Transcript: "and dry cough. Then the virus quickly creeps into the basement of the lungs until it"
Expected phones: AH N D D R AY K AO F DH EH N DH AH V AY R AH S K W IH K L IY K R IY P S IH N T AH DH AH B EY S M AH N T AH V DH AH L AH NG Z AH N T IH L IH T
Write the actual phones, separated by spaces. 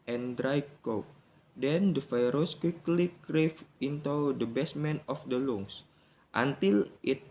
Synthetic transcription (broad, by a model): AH N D D R AY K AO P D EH N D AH F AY R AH S K W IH K L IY K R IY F IH N T AH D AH B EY S M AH N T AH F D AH L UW NG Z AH N T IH L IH T